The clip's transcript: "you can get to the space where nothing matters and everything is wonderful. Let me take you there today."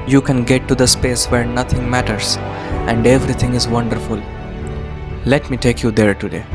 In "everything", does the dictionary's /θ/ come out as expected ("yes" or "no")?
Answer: no